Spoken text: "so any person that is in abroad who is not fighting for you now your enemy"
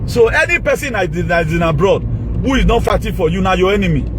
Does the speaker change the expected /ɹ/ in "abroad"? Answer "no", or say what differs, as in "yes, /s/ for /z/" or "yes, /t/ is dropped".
no